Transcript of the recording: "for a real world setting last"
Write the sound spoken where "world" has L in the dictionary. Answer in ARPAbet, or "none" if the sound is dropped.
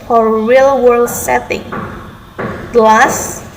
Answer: L